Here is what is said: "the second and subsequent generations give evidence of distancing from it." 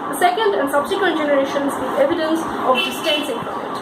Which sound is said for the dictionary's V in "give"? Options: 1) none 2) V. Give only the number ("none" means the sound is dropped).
1